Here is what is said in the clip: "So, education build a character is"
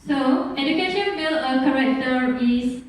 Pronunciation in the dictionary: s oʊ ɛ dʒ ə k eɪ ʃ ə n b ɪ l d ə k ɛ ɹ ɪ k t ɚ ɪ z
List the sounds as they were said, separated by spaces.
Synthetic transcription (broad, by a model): s oʊ ɛ dʒ ə k eɪ ʃ ə n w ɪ l ə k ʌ ɹ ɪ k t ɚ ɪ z